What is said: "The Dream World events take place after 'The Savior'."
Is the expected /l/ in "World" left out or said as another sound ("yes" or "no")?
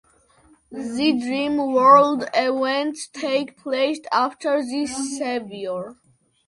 no